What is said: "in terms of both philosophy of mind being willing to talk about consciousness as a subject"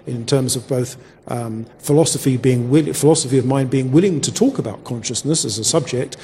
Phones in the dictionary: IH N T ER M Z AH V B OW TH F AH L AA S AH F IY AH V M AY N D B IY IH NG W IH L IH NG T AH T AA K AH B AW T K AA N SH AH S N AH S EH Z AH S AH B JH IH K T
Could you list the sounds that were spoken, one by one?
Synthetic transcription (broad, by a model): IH N T ER M Z AH V B OW TH F AH L AA S AH F IY AH V M AY N B IY IH NG W IH L IH NG T AH T AA K AH B AW T K AA N SH AH S N AH S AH Z AH S AH B JH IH K T